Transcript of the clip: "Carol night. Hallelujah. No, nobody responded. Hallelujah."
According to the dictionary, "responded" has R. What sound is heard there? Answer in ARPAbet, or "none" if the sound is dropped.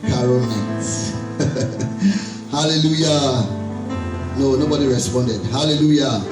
R